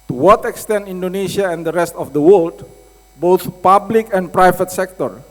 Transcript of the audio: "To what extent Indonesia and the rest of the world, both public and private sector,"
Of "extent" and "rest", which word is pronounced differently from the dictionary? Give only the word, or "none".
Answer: none